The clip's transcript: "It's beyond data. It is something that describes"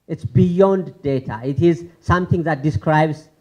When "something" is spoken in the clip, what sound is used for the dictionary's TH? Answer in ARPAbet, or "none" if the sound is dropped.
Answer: T